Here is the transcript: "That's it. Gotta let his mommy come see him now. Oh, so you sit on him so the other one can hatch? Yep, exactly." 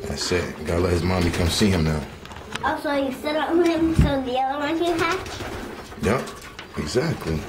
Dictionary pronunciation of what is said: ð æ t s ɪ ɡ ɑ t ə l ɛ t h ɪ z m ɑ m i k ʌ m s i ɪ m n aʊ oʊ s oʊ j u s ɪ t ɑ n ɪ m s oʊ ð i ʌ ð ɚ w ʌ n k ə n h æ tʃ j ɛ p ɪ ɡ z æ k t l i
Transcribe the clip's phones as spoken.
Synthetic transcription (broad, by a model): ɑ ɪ s ɪ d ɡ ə l ɛ t h ɪ z m ɑ m i k ʌ m s i ɪ m n aʊ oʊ s oʊ j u s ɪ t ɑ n ɪ m s oʊ ð i ʌ ð ɚ w ʌ n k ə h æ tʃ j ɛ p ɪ ɡ z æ k t l i